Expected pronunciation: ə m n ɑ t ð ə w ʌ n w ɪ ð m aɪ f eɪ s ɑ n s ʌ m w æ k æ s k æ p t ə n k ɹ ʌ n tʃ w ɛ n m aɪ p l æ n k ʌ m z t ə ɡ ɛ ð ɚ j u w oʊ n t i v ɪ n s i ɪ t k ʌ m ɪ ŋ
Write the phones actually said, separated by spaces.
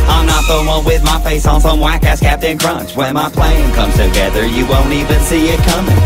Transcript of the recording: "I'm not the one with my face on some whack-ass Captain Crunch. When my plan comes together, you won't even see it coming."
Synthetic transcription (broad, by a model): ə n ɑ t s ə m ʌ w ɪ ð m aɪ f eɪ s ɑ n s ʌ m w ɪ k æ s k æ p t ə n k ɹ ʌ n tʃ w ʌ n m aɪ p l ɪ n k ʌ m z t ə ɡ ɛ ð ɚ j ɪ w oʊ n t i v ɪ n s i ɪ t k ʌ m ɪ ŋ